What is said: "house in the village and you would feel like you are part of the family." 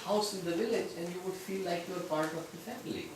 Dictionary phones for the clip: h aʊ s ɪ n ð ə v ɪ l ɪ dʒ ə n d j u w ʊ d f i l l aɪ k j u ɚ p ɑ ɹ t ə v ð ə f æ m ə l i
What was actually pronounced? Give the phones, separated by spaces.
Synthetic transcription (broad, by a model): h aʊ s ɪ n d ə v ɪ l ɪ dʒ ə n d j u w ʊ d f i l l aɪ k j u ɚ p ɑ ɹ t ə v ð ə f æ m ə l i